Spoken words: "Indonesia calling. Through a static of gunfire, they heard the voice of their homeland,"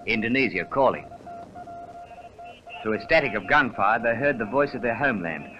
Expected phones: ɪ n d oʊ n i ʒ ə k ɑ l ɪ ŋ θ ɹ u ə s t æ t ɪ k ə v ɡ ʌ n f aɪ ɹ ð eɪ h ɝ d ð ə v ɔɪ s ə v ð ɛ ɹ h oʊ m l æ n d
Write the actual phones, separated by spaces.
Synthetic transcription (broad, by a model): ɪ n d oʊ n i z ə k ɑ l ɪ ŋ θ u ə s t æ t ɪ k ə v ɡ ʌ n f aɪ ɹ ð eɪ h ɝ d ð ə v ɔɪ s ə v ð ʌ ɹ h oʊ m l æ n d